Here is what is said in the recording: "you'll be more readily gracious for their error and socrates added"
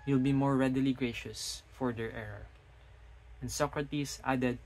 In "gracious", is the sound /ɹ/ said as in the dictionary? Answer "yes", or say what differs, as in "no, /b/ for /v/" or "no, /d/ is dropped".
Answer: yes